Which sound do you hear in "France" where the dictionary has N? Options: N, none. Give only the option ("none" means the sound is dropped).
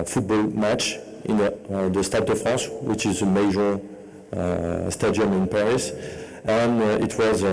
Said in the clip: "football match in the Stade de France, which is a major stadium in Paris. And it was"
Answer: none